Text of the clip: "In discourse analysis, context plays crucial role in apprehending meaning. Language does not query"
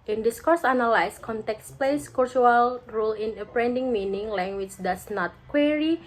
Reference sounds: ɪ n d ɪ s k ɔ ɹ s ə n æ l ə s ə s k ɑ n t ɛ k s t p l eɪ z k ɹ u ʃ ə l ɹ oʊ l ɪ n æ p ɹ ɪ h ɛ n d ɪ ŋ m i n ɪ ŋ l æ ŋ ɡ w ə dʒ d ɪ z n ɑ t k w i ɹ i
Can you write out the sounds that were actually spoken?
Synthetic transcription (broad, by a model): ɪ n d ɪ s k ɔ ɹ s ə n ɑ l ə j s k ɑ n t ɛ k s p l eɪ s k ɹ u ə l ɹ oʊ l ɪ n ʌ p ɹ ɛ n d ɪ ŋ m i n ɪ ŋ l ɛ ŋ ɡ w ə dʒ d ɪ s n ɑ t k w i ɹ i